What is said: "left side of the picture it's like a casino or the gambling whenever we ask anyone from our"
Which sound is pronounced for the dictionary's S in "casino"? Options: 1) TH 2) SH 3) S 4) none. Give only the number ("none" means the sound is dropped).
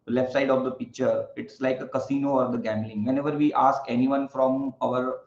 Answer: 3